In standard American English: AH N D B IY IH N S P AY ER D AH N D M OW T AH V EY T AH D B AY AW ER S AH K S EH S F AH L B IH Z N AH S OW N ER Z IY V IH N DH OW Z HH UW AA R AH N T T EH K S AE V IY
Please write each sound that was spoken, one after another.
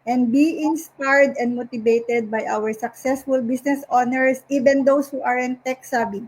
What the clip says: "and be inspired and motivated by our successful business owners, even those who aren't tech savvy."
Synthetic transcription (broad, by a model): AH N D B IY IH N S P AY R D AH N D M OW T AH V EY T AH D B AY AW ER S AH K S EH S F AH L B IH S N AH S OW N ER S IY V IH N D OW S HH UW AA R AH N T T EH K S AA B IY